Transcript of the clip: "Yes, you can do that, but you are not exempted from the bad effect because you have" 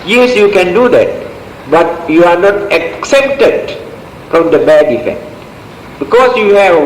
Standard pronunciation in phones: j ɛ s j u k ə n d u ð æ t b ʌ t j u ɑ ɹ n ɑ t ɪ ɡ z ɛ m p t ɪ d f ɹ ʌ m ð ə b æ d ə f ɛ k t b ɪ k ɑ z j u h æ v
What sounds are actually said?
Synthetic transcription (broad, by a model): j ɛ s j u k ə n d u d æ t b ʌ t j u ɑ ɹ n ɑ t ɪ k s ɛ p t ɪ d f ɹ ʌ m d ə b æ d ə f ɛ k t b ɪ k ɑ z j u h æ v